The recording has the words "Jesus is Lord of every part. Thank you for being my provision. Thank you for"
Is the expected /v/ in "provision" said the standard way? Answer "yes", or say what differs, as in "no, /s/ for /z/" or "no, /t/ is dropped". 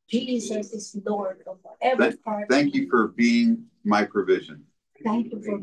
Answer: yes